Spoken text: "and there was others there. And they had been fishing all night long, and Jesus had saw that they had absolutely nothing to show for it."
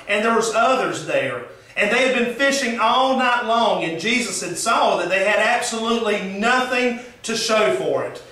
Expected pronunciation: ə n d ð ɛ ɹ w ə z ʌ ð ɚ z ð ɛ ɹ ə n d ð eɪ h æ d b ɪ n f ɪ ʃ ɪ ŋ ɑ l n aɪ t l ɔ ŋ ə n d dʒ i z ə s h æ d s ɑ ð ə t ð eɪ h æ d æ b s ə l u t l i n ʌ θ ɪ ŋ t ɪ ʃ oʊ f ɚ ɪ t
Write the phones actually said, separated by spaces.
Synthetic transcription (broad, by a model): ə n ð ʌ ɹ w ə z ʌ ð ɚ z ð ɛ ɹ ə n ð eɪ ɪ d b ɪ n f ɪ ʃ ɪ ŋ ɑ l n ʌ t l ɔ ŋ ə n dʒ i z ə s h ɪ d s ɑ ð ə t ð eɪ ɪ d æ b s ə l u t l i n ʌ θ ɪ ŋ t ɪ ʃ oʊ f ɚ ɪ t